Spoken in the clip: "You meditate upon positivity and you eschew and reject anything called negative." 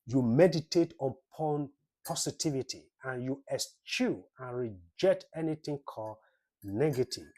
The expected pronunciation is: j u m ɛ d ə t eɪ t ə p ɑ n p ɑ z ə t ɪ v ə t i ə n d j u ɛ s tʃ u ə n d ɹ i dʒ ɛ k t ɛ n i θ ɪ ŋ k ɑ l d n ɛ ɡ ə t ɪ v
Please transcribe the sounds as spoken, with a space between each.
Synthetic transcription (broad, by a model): j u m ɛ d ə t eɪ t ə p ɑ n p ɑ s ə t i v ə t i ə n j u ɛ s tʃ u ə n ɹ i dʒ ɛ k t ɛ n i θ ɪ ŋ k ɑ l n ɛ ɡ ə t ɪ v